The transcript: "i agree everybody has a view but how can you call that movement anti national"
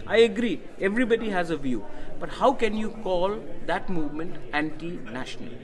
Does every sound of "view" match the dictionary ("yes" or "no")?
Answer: yes